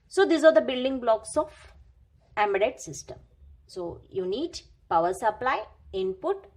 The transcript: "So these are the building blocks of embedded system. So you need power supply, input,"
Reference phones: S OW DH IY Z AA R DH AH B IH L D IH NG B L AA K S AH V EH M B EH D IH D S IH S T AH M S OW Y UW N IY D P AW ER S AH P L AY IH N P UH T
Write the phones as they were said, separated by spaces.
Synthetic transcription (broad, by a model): S OW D IY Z AA R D AH B IH L D IH NG B L AA K S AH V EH M AH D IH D S IH S T AH M S OW Y UW N IY D P AW ER S AH P L AY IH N P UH T